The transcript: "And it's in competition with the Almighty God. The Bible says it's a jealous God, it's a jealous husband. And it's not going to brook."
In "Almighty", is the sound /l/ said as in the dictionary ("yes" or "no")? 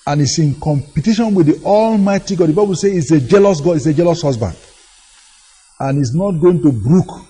yes